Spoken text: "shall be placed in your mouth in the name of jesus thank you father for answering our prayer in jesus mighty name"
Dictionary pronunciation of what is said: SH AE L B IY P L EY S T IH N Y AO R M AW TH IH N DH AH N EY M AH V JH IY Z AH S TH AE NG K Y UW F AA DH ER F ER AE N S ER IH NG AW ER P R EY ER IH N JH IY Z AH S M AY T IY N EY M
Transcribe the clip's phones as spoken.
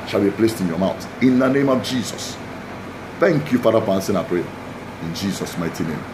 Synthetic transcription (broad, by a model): SH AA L B IY P L EY S T IH N Y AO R M AW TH IH N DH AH N EY M AH V JH IY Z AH S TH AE NG K Y UW F AA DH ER F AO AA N S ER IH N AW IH P R EY IH N JH IY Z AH S M AY T IY N EY M